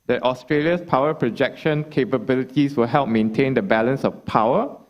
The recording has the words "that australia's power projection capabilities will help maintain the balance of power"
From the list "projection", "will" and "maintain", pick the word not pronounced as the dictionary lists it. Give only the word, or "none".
none